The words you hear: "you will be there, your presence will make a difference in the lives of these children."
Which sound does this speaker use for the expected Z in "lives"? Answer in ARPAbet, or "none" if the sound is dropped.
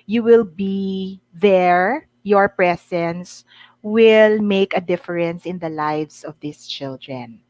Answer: S